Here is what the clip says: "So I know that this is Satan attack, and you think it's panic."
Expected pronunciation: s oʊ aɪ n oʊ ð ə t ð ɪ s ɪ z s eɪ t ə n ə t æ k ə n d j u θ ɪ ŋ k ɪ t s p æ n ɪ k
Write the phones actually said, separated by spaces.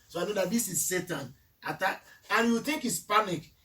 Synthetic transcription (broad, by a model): s oʊ aɪ n oʊ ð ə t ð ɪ s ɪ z s eɪ t ə n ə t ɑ ə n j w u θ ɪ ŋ k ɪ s p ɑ n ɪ k